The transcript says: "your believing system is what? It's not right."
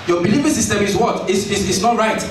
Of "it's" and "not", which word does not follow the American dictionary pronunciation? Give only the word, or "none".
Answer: it's